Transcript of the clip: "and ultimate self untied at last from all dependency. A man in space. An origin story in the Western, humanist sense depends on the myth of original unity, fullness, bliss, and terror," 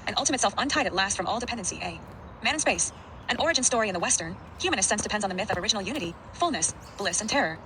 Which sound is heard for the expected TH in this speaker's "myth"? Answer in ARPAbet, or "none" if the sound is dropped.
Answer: TH